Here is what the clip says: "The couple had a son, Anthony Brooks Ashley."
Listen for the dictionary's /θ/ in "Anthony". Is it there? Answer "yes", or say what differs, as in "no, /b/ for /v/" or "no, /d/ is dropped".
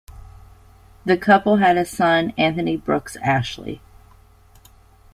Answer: yes